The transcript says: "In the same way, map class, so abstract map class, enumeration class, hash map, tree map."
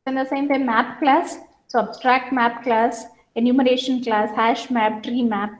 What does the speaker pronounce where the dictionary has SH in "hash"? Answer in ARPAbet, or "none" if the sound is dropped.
SH